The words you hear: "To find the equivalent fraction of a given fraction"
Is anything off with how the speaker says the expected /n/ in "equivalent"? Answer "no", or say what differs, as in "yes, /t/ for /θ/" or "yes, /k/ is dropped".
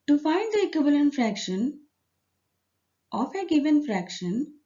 no